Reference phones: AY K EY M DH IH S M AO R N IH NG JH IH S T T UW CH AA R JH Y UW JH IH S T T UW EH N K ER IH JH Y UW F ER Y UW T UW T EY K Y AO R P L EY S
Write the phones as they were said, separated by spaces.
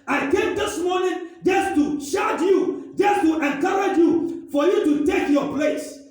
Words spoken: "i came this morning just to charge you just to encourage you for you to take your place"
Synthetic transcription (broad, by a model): AY K EY M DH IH S M AO N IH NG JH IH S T T UW SH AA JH Y UW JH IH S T T UW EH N K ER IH JH Y UW F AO Y UW T UW T EY K Y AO P L EY S